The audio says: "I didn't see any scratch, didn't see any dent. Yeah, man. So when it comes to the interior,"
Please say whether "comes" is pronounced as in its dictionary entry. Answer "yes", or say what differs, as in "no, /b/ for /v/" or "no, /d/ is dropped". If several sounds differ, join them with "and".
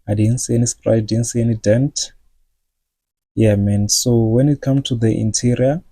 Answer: no, /z/ is dropped